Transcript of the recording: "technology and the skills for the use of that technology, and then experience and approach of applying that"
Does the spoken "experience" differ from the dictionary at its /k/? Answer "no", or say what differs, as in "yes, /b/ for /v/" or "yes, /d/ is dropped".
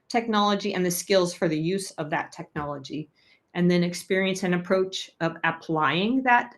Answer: no